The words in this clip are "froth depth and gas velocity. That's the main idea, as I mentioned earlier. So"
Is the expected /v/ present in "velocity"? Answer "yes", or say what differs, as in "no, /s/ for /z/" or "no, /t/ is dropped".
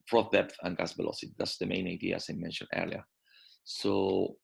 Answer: no, /b/ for /v/